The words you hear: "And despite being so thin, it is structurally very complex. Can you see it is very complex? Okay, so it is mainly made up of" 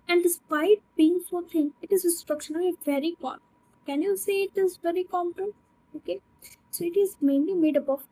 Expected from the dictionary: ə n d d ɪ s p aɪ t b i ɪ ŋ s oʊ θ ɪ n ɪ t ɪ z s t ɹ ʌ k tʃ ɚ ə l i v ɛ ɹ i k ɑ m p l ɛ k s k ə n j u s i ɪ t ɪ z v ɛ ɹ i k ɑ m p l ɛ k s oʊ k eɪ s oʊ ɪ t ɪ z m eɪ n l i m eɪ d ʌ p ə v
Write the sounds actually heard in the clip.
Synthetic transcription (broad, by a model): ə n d d ɪ s p aɪ t b i ɪ ŋ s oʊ t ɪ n ɪ t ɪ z s t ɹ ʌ k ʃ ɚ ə n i v ɛ ɹ i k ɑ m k k ə n j u s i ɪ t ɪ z v ɛ ɹ i k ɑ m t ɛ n oʊ k eɪ s oʊ ɪ t ɪ z m eɪ n l i m eɪ d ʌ b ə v